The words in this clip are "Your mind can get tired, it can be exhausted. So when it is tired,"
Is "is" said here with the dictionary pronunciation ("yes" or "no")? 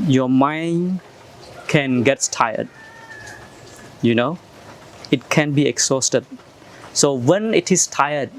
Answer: no